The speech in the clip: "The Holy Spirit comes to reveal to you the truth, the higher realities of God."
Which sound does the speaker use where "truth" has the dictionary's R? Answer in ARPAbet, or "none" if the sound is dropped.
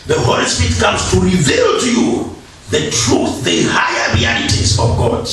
R